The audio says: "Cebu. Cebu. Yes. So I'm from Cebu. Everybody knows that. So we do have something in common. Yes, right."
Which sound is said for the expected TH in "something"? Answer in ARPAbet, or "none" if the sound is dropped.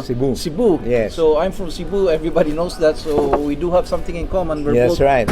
T